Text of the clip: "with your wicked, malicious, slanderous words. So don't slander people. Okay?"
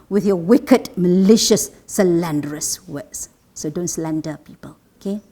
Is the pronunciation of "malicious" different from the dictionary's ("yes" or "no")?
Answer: no